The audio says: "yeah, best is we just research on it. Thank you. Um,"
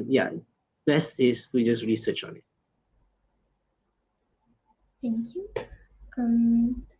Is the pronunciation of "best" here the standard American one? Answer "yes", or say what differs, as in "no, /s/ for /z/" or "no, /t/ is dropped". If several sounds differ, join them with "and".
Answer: no, /t/ is dropped